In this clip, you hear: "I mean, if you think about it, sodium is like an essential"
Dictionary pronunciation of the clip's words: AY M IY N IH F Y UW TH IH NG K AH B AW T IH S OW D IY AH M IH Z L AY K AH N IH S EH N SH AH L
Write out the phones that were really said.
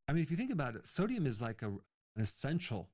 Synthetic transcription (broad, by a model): AY M IY N IH F Y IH TH IH NG K AH B AW T S OW D IY AH M IH Z L AY K AH N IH S EH N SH L